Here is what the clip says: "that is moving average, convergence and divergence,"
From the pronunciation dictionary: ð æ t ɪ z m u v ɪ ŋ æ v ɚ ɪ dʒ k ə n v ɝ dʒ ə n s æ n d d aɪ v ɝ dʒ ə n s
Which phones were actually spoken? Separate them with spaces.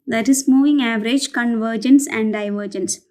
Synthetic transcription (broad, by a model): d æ t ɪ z m u v ɪ ŋ æ v ɚ ɪ dʒ k ə n v ɝ dʒ ə n s æ n d d aɪ v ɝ dʒ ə n s